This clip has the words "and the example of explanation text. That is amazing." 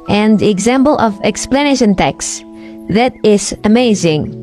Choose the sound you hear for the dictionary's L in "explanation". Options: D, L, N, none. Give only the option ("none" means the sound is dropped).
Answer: L